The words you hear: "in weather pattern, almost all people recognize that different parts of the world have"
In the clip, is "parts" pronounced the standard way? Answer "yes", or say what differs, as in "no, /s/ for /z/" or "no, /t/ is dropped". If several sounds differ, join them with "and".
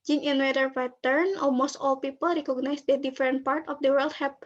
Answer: no, /s/ is dropped